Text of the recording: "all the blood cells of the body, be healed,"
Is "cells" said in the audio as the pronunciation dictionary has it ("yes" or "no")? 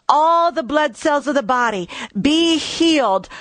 yes